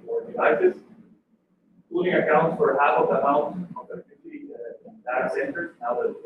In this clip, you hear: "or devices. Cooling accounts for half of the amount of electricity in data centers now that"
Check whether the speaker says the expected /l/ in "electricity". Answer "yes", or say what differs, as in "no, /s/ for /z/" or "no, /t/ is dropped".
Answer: no, /l/ is dropped